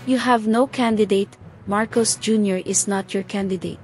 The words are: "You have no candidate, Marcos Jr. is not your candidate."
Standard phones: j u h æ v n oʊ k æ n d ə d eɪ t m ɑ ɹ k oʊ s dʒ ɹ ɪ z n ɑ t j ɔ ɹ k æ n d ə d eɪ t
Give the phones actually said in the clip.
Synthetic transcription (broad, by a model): j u h æ v n oʊ k æ n d ə d eɪ t m ɑ ɹ k oʊ s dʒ ɹ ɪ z n ɑ t j ɔ ɹ k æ n d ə d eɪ t